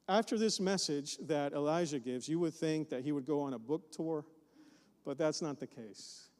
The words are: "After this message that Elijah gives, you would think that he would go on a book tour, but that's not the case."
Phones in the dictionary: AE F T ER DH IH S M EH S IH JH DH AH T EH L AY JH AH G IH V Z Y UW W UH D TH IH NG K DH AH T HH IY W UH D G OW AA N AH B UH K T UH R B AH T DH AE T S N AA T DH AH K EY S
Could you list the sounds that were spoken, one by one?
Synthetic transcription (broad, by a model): AE F T ER DH IH S M EH S IH JH DH AH T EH L AY ZH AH G IH V Z Y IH W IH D TH IH NG K DH AH T HH IY W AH D G OW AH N AH B UH K T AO R B AH T DH AE T S N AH T DH AH K EY S